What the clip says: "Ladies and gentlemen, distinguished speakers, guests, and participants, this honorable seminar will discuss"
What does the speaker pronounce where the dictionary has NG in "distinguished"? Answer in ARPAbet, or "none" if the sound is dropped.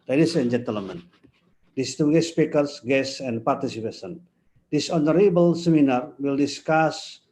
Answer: none